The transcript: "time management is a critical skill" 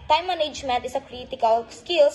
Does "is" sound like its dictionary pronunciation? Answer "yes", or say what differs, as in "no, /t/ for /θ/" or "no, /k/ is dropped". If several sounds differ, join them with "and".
no, /s/ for /z/